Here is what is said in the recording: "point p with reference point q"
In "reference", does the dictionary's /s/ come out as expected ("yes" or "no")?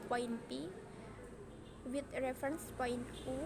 yes